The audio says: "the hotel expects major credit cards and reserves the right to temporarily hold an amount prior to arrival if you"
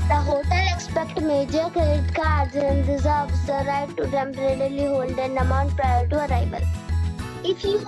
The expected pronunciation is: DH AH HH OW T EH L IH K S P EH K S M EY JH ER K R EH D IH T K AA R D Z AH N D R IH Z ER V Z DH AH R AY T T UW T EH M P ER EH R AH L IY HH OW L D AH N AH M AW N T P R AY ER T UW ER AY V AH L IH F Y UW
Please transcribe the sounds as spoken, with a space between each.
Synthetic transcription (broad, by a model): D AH HH OW T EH L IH K S P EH K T M EY JH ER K EH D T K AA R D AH AH N D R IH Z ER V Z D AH R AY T T UW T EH M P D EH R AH L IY HH OW L D AH N AH M AW N T P R AY ER T UW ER AY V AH L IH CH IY